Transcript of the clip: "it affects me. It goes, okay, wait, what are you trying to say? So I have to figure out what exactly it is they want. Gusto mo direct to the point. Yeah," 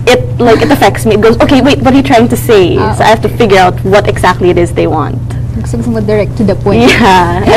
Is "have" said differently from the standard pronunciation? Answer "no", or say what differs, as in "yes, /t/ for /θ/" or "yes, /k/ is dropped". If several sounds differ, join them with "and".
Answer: yes, /f/ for /v/